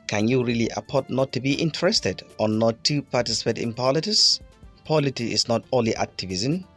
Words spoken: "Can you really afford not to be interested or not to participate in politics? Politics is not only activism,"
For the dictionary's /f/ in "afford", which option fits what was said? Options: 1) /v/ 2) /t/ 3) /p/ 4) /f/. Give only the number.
3